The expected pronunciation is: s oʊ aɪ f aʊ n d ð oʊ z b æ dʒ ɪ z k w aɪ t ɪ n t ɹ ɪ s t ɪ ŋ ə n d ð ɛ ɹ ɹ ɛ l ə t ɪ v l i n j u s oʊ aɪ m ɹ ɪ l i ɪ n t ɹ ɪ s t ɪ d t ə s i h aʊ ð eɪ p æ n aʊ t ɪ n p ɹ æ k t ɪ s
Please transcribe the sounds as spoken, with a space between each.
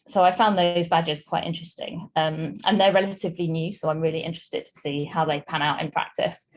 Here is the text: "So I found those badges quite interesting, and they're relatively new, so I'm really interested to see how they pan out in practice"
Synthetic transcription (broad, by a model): s oʊ aɪ f aʊ n ð oʊ z b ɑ dʒ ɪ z k w aɪ t ɪ n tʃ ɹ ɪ s t ɪ ŋ ə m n ð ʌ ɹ ɹ ɛ l ə t ɪ v l i n j u s oʊ aɪ m ɹ ɪ l i ɪ n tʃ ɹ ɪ s t ɪ d t ə s i h aʊ ð eɪ p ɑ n aʊ t ɪ n p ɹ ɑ k t ɪ s